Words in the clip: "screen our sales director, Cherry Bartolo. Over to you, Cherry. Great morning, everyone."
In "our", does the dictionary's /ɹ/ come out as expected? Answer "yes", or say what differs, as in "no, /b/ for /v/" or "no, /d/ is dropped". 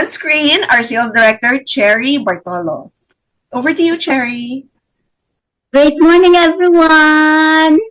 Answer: yes